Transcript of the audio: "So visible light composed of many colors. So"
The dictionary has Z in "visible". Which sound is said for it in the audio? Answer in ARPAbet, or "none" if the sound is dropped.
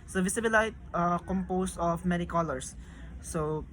S